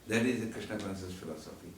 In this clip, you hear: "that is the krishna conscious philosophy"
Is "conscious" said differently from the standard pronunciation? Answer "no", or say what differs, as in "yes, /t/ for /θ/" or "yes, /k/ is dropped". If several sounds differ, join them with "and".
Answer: yes, /s/ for /ʃ/